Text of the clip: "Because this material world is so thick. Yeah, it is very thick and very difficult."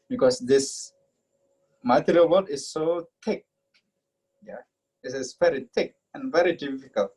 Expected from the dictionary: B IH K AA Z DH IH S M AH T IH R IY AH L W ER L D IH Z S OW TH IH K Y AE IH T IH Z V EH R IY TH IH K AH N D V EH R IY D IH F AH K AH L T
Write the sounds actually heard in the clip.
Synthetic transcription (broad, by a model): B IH K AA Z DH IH S M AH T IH R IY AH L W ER D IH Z S OW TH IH K Y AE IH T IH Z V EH R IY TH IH K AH N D V EH R IY D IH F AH K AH L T